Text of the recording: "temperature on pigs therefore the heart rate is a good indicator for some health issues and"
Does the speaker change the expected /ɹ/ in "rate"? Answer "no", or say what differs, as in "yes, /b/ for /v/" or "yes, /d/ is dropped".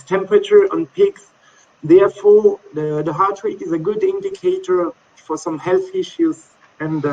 yes, /w/ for /ɹ/